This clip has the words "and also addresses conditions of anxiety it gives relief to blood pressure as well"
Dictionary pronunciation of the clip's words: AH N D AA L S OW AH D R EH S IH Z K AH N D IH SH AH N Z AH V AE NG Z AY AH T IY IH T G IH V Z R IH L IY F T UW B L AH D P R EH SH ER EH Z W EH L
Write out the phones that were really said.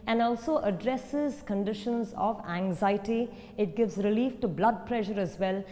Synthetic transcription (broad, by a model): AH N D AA L S OW AH D R EH S IH Z K AH N D IH SH AH N Z AH V AE NG Z AY AH T IY IH T G IH V Z R IH L IY F T UW B L AH D P R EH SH ER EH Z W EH L